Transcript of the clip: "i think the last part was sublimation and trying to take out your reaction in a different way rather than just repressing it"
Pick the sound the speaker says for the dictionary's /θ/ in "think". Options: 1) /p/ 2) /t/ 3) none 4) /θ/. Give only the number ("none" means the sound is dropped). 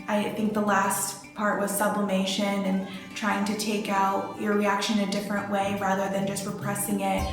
4